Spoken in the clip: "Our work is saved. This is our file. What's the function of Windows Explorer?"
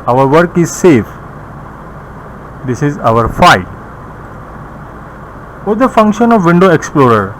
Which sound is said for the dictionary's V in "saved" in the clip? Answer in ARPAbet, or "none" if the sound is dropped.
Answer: F